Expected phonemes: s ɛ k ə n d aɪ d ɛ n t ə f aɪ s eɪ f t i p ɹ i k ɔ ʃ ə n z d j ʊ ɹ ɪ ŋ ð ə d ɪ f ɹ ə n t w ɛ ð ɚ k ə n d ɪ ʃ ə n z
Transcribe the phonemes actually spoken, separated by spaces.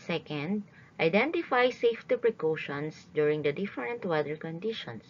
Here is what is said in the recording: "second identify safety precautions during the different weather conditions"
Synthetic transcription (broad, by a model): s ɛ k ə n d aɪ d ɛ n t ə f aɪ s eɪ f t i p ɹ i k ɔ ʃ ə n s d j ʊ ɹ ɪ ŋ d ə d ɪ f ɹ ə n t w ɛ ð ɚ k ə n d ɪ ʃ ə n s